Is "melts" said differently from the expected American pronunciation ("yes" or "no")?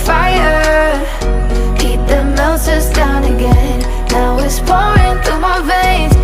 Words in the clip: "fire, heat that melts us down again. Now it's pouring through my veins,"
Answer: yes